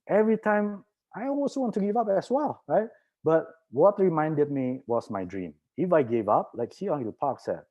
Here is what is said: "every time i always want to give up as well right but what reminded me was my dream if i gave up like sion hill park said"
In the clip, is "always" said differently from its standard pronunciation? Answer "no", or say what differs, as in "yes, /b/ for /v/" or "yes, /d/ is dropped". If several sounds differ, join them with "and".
yes, /z/ is dropped